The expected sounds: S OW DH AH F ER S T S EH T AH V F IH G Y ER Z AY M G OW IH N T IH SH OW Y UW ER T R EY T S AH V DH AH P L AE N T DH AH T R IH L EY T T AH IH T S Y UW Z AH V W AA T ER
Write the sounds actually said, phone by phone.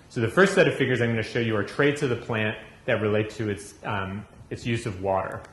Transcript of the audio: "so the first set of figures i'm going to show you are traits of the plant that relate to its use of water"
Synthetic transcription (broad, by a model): S OW DH AH F ER S T S EH T AH V F IH G Y ER Z AY M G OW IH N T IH SH OW Y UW ER T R EY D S AH V DH AH P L AE N DH AH T R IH L EY T T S IH T S Y UW Z AH V W AA T ER